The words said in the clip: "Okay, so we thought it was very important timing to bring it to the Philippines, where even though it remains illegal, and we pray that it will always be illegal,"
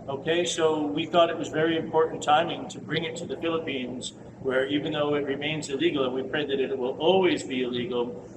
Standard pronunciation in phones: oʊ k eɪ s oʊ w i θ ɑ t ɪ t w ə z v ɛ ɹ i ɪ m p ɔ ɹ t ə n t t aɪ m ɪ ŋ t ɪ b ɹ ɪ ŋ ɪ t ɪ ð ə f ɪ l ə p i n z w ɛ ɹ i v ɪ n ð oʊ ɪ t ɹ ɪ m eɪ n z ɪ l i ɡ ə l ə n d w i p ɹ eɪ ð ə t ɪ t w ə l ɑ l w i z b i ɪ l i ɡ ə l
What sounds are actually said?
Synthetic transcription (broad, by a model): oʊ k eɪ s oʊ w i θ ɑ t ɪ t w ə z v ɛ ɹ i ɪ m p ɔ ɹ t n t t aɪ m ɪ ŋ t ɪ b ɹ ɪ ŋ ɪ t ɪ ð ə f ɪ l ə p i n z w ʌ ɹ i v ɪ n ð oʊ ɪ t ɹ ɪ m eɪ n z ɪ l i ɡ l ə n w i p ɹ eɪ ð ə t ɪ t w ə l ɑ l w i z b i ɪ l i ɡ l